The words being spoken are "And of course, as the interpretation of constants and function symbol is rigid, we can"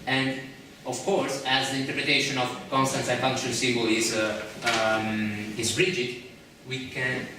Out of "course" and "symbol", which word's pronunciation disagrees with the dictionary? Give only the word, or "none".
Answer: symbol